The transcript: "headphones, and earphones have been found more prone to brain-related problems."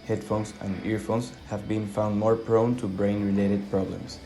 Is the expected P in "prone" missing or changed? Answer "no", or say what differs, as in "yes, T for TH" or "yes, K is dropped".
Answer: no